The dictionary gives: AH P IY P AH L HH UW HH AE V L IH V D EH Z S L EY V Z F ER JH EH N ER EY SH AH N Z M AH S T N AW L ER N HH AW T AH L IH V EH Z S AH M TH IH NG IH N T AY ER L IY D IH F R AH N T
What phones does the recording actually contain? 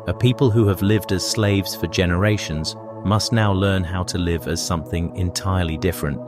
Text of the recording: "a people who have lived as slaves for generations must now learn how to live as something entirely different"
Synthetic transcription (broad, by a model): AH P IY P AH L HH UW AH V L IH V D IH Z S L EY V Z F ER JH EH N ER EY SH AH N Z M AH S T N AW L ER N HH AW T AH L IH V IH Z S AH M TH IH NG IH N T AY ER L IY D IH F R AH N T